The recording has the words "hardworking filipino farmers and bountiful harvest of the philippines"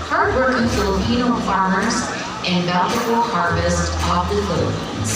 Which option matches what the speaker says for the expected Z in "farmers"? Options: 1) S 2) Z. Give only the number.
2